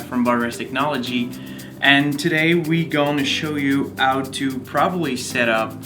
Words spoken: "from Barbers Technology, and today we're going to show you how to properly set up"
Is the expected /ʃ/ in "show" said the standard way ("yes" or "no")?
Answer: yes